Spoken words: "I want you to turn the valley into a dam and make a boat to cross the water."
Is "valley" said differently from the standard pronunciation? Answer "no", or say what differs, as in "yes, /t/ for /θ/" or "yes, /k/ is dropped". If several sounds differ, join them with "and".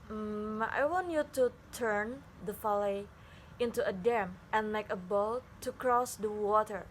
yes, /f/ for /v/